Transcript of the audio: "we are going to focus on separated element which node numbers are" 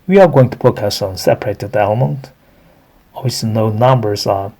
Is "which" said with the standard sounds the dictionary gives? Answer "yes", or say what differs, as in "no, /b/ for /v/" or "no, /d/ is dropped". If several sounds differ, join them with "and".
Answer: no, /s/ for /tʃ/